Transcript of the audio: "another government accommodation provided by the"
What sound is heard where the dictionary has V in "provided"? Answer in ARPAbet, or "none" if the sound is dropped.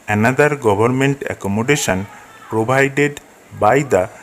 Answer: B